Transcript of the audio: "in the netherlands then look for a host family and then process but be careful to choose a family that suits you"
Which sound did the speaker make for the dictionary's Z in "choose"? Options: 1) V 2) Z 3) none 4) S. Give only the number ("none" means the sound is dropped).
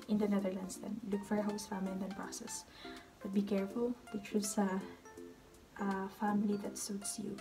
4